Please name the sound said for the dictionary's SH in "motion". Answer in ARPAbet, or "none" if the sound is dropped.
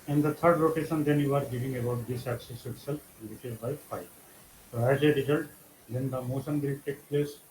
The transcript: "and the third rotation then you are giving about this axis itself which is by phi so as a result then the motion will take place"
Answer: S